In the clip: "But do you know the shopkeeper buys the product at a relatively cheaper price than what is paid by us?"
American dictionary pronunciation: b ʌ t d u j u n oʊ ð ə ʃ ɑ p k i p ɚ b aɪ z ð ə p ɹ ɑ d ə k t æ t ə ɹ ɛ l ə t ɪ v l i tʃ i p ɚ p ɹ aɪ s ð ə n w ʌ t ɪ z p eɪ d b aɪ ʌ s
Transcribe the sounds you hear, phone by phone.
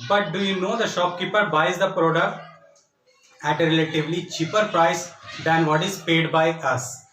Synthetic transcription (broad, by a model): b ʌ t d u j u n oʊ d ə ʃ ɑ p k i p ɚ b aɪ z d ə p ɹ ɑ d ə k t æ t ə ɹ ɛ l ə t ɪ v l i tʃ i p ɚ p ɹ aɪ s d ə n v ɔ t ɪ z p eɪ d b aɪ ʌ s